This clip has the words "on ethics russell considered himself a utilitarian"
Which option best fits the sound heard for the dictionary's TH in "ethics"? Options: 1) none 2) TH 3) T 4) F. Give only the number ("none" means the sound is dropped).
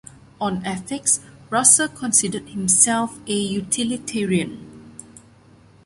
4